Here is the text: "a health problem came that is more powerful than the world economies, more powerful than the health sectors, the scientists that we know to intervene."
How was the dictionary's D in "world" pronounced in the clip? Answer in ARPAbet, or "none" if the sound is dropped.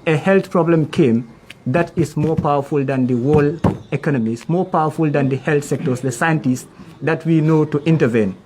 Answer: none